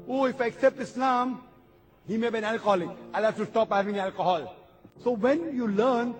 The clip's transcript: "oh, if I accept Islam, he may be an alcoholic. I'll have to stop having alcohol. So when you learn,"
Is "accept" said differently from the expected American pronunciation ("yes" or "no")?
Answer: no